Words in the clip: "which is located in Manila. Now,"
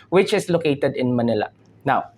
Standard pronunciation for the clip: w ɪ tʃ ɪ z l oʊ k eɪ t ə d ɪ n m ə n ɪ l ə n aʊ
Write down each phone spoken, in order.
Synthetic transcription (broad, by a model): w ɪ tʃ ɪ s l oʊ k eɪ t ə d ɪ n m ə n ɪ l ə n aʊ